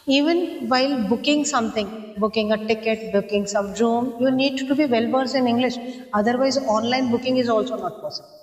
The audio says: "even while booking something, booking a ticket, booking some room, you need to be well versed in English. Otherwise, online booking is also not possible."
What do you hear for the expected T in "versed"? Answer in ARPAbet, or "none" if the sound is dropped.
none